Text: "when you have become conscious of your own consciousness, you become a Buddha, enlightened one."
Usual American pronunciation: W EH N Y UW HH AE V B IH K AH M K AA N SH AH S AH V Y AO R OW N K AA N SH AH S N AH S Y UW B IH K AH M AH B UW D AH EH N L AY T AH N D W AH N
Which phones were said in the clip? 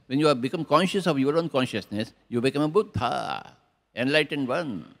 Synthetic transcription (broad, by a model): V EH N Y UW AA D B IH K AH M K AA N SH AH S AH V Y AO R OW N K AA N SH AH S N AH S Y UW B IH K AH M AH B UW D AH EH N L AY T AH N D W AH N